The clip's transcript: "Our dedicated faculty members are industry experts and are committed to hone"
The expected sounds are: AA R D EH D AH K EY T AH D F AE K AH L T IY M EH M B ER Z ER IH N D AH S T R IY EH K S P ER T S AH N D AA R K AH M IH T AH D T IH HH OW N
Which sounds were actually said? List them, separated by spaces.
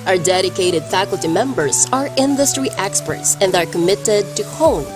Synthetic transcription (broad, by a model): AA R D EH D AH K EY T AH D F AE K AH L T IY M EH M B ER Z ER IH N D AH S T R IY EH K S P ER T S AH N D AA R K AH M IH T AH D T IH HH OW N